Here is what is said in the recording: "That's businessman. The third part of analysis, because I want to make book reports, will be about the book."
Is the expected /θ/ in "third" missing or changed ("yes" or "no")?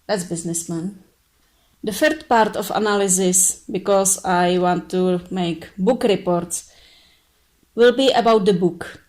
yes